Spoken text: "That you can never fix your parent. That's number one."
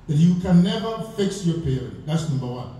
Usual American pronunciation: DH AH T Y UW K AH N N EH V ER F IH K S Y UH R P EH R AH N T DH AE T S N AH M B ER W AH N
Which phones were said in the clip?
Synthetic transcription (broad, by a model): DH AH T Y UW K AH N N EH V ER F IH K S Y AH R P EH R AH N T DH AE T S N AH M B ER W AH N